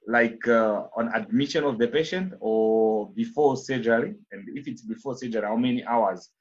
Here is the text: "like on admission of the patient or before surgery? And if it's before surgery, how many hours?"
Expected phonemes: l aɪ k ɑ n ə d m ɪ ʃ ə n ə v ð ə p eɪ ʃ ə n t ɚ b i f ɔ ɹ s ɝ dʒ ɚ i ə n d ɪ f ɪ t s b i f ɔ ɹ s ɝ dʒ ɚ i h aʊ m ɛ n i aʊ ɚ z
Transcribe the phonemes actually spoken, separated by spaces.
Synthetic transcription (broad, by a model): l aɪ k ɑ n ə d m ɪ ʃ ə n ə v ð ə p eɪ ʃ ə n t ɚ b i f ɔ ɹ s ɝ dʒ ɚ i ə n d ɪ f ɪ t s b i f ɔ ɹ s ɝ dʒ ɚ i h aʊ m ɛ n i aʊ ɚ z